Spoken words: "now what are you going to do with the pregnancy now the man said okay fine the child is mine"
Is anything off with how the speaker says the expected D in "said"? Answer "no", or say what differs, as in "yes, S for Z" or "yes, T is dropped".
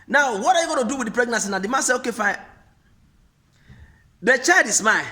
yes, D is dropped